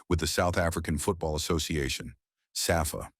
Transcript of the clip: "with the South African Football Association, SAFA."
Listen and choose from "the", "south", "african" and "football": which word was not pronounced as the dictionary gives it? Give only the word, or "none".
none